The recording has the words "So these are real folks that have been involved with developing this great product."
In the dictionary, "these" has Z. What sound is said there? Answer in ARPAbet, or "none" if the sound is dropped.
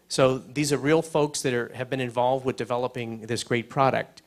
Z